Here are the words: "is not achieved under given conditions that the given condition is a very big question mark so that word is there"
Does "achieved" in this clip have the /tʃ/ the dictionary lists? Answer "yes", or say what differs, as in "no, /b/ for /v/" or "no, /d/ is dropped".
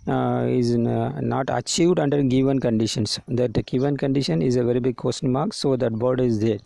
yes